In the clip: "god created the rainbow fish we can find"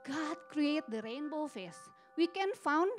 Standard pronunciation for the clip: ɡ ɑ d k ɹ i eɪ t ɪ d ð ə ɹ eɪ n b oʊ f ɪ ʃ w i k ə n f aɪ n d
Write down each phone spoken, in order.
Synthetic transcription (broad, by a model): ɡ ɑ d k ɹ i eɪ t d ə ɹ eɪ n b oʊ f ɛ s w i k ə n f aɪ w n